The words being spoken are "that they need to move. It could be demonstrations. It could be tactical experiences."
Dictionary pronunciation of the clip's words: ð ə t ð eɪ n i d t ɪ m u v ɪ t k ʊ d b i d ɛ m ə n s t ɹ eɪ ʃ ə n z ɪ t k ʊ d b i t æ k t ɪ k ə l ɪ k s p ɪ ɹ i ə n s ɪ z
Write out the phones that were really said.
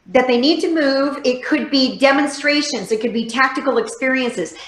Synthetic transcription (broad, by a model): ð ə t ð eɪ n i d t ɪ m u v ɪ t k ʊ d b i d ɛ m ə n s t ɹ eɪ ʃ ə n z ɪ t k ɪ d b i t æ k t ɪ k l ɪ k s p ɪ ɹ i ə n s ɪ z